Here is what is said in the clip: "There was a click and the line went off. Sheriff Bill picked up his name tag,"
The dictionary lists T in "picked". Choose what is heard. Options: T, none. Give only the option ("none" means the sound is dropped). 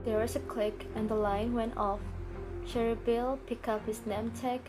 none